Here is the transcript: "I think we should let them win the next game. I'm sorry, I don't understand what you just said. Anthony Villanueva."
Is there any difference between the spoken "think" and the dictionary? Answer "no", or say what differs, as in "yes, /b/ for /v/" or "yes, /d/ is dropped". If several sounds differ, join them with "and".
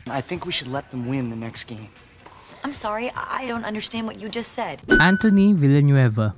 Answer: no